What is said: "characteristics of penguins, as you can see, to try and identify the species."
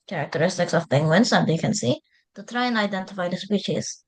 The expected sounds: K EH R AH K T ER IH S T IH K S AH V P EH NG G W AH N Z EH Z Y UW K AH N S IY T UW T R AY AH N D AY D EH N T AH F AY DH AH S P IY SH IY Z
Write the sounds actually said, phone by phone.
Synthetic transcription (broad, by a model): K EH R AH K T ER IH S T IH K S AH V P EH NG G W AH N S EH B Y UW K AH N S IY T UW T R AY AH N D AY D EH N T AH F AY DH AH S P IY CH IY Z